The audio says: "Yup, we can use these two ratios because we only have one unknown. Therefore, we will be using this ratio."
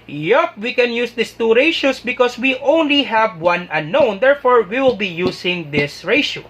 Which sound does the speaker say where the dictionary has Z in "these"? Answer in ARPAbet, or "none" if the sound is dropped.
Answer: S